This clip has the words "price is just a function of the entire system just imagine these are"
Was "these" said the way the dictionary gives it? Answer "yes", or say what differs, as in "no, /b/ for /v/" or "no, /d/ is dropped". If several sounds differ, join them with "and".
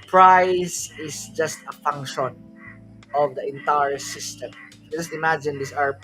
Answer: no, /s/ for /z/